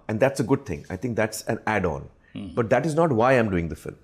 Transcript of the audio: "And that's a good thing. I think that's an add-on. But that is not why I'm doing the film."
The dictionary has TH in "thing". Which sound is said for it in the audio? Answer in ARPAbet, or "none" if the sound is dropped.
T